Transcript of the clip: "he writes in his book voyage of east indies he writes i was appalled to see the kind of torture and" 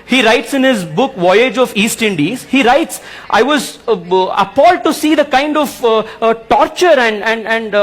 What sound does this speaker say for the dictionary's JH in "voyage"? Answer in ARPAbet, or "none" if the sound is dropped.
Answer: JH